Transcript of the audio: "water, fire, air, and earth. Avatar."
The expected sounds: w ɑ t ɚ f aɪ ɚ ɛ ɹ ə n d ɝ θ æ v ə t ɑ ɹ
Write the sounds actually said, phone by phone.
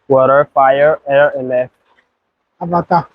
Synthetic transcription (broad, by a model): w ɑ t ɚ f aɪ ɚ ɛ ɹ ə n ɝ f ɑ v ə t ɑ